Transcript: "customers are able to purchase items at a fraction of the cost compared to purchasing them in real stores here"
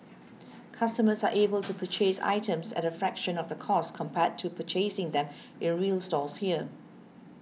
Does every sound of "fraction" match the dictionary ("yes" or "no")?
yes